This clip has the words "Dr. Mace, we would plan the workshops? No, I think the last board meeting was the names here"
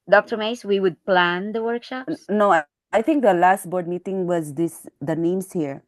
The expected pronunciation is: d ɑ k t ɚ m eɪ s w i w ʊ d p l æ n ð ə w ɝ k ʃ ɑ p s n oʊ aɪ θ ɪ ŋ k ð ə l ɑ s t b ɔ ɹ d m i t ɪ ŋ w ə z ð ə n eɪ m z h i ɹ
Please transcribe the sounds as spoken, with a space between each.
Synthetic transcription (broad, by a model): d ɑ k t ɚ m eɪ s w i w ʊ d p l æ n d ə w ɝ k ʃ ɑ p s n oʊ aɪ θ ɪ ŋ k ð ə l ɑ s t b ɔ ɹ d m i t ɪ ŋ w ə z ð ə n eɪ m s h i ɹ